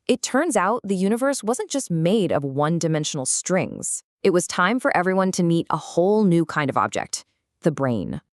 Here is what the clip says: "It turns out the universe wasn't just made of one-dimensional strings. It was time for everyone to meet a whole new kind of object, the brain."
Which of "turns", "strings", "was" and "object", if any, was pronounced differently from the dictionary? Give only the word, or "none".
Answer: none